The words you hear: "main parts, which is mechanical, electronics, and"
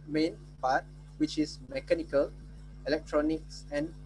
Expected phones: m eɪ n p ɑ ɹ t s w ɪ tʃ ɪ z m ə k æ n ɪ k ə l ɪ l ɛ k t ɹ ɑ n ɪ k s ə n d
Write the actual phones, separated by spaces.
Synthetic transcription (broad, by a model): m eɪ n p ɑ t w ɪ tʃ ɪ s m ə k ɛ n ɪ k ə l ɪ l ɛ k t ɹ ɑ n ɪ k s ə n